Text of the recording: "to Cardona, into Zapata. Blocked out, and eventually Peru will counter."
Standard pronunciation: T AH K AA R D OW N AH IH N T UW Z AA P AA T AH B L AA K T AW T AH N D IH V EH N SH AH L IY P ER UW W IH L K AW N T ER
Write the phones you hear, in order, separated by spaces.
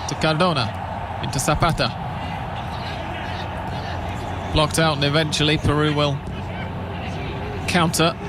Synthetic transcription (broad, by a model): T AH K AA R D OW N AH IH N T UW S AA P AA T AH B L AA K T AW T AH N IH V EH N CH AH L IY P ER UW W IH L K AW N T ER